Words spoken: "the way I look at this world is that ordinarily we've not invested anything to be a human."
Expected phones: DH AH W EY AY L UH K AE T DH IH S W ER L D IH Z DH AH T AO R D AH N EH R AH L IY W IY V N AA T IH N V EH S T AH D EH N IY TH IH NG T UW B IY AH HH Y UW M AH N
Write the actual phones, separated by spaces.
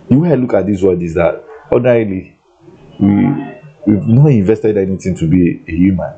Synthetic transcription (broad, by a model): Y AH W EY AY L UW K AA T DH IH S W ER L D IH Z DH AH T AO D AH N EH R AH L IY W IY W N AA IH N V EH S T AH D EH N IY T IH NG T UW B IY AH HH Y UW M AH N